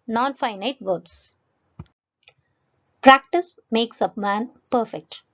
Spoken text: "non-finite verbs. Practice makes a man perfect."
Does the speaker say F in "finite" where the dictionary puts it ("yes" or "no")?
yes